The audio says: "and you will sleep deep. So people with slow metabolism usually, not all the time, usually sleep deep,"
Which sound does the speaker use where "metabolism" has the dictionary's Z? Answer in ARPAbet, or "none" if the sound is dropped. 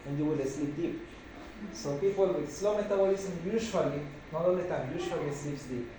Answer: S